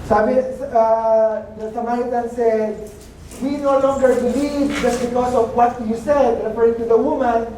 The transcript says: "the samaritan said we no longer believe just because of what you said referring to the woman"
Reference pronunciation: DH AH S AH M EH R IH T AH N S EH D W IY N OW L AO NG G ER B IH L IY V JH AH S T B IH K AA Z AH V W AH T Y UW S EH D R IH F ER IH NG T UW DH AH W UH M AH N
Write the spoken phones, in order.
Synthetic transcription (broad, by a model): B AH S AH M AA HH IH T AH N S EH D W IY N OW L AO NG G ER B IH L IY V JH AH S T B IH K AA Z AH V W AH T Y UW S EH D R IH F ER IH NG T UW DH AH W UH M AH N